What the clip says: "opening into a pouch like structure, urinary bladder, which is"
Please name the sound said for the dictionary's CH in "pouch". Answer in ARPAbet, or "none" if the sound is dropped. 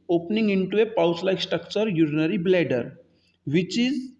S